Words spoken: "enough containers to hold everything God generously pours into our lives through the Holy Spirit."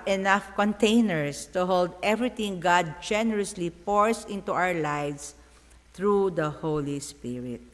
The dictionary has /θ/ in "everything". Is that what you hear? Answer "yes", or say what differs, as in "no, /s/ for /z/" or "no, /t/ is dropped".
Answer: no, /t/ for /θ/